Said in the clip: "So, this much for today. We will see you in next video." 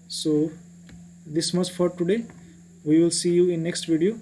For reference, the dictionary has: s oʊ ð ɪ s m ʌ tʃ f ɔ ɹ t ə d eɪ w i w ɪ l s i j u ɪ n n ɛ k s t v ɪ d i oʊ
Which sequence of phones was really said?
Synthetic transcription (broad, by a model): s oʊ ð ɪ s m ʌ s f ɔ ɹ t ə d eɪ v i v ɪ l s i j u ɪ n n ɛ k s t v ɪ d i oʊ